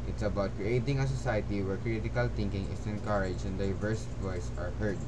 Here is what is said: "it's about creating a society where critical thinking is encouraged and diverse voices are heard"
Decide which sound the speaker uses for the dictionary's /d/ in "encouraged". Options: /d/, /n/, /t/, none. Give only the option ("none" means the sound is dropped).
none